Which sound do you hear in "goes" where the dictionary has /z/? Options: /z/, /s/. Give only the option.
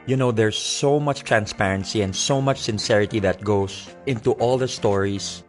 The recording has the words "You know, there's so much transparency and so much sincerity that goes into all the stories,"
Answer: /s/